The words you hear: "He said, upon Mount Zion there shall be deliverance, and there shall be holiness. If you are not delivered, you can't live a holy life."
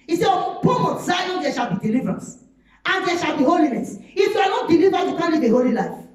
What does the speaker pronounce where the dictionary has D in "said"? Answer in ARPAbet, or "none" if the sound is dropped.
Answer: none